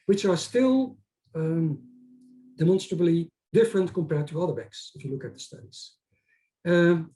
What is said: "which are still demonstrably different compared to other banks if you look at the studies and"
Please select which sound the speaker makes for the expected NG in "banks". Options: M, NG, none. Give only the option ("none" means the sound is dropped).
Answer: none